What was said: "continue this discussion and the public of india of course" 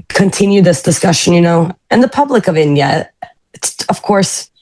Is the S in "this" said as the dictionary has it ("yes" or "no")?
yes